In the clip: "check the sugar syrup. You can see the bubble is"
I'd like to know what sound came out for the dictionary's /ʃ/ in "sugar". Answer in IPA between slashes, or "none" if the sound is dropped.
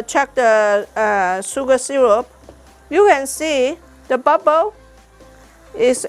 /s/